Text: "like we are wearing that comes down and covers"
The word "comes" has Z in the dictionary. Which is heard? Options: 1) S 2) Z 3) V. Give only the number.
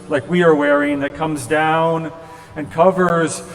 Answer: 2